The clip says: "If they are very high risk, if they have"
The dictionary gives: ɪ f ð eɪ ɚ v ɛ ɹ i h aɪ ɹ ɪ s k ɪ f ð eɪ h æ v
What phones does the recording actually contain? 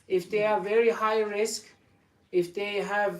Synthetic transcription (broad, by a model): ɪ f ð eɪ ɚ v ɛ ɹ i h aɪ ɹ ɪ s k ɪ f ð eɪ h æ v